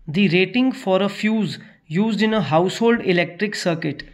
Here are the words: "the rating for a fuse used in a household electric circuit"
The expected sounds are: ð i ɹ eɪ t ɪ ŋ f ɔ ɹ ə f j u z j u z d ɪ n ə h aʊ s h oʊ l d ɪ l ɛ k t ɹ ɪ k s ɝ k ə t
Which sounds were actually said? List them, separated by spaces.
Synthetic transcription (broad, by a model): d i ɹ eɪ t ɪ ŋ f ɔ ɹ ə f j u z j u z d ɪ n ə h aʊ s h oʊ l d ɪ l ɛ k t ɹ ɪ k s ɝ k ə t